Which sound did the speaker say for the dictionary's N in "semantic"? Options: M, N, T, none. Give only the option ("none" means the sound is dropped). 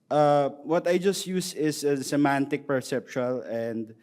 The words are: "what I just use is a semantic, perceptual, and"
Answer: N